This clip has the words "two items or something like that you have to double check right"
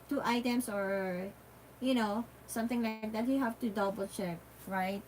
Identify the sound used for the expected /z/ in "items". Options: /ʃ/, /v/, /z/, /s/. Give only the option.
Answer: /s/